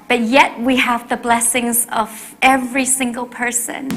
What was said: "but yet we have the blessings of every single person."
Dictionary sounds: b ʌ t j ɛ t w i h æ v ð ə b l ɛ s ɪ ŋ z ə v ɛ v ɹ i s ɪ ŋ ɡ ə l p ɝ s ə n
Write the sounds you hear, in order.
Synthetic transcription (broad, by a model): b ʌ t j ɛ t w i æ v ð ə b l ɛ s ɪ ŋ z ə v ɛ v ɹ i s ɪ ŋ ɡ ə l p ɝ s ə n